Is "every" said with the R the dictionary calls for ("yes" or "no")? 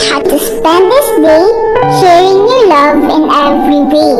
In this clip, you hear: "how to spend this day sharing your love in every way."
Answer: yes